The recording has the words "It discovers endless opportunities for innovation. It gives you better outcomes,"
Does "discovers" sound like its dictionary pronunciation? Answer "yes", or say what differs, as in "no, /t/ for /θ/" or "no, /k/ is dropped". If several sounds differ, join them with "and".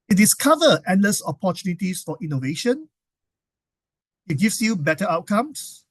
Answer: no, /z/ is dropped